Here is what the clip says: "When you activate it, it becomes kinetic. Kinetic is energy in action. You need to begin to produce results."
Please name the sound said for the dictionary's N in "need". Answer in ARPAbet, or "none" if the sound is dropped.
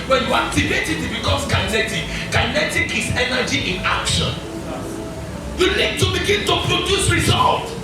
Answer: L